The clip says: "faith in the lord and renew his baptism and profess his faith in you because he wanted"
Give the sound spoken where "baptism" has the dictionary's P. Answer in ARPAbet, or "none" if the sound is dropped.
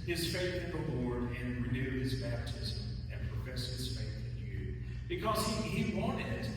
P